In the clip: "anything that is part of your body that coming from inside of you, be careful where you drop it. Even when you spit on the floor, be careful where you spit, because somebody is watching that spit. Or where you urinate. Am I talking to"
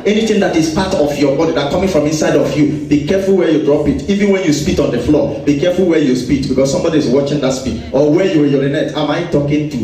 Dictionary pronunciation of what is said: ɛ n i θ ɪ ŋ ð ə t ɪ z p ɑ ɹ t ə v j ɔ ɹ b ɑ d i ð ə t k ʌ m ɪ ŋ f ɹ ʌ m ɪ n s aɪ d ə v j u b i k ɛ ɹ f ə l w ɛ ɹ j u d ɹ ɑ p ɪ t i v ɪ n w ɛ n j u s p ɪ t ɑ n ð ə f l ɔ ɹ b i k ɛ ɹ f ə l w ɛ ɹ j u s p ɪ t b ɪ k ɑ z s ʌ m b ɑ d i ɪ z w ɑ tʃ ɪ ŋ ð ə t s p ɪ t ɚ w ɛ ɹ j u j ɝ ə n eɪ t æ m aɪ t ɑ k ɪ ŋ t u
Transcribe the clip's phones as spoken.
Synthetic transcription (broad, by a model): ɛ n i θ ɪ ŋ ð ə t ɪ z p ɑ t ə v j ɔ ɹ b ɑ d i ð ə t k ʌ m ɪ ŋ f ɹ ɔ m ɪ n s aɪ d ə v j u b i k ɛ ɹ f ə l w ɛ j u d ɹ ɑ p ɪ t i v ɪ n w ɛ n j u s p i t ɑ n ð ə f l ɔ b i k ɛ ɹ f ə l w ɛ j u s p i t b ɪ k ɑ s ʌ m b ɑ d i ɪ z w ɑ tʃ ɪ ŋ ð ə t s p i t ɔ w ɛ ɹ j u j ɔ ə n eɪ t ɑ m aɪ t ɑ k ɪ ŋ t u